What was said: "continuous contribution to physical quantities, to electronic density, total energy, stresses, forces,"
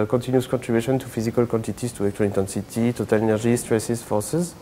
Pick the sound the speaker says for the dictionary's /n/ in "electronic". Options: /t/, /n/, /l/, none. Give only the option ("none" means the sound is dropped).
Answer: none